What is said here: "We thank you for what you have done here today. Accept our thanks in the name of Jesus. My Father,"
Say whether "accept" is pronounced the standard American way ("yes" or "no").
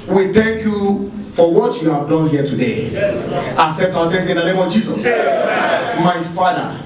no